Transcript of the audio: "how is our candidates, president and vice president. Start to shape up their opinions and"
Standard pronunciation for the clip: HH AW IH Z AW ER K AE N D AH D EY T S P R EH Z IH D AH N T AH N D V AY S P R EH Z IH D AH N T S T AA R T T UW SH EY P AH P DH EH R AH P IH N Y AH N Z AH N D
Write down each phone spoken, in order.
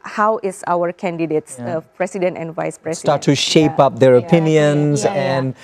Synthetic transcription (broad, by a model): HH AW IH S AW ER K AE N D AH D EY T S P R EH S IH D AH N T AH N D V AY S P R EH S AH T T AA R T T UW SH EY P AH P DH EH R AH P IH N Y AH N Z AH N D